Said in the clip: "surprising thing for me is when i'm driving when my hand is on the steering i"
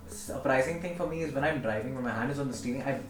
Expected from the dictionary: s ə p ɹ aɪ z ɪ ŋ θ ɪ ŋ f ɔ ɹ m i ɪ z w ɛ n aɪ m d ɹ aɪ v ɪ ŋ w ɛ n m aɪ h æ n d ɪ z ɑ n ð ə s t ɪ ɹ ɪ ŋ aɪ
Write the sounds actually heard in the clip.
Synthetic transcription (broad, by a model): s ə p ɹ aɪ z ɪ ŋ t ɪ ŋ f ɔ ɹ m i ɪ z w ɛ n aɪ m d ɹ aɪ v ɪ ŋ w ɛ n m aɪ h æ n d ɪ z ɑ n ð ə s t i l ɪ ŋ aɪ